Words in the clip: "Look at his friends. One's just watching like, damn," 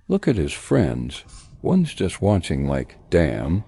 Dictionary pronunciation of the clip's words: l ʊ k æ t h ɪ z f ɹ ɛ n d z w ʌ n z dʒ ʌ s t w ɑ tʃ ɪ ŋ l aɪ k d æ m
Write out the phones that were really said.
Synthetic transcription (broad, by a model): l ʊ k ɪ t h ɪ z f ɹ ɛ n d z w ʌ n z dʒ ʌ s t w ɑ tʃ ɪ ŋ l aɪ k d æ m